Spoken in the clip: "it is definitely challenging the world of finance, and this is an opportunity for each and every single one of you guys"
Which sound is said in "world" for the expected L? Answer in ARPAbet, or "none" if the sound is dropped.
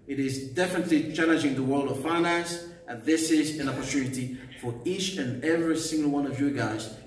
L